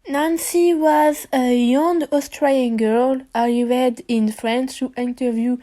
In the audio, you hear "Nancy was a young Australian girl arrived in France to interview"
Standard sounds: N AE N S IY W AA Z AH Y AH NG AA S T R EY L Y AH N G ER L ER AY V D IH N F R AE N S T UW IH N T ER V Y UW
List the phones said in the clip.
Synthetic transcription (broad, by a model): N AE N S IY W AA Z AH Y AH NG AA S T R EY Y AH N G ER L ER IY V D IH N F R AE N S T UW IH N T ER V Y UW